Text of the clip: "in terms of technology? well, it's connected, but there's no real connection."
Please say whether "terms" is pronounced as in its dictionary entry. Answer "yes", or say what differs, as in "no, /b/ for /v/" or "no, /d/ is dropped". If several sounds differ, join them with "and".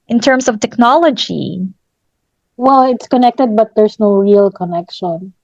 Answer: no, /s/ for /z/